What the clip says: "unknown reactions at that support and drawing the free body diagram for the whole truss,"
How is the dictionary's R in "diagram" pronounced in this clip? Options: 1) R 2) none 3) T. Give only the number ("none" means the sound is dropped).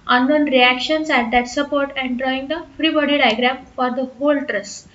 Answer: 1